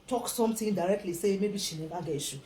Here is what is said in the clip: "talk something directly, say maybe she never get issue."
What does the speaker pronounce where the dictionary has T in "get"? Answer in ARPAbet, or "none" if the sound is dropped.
none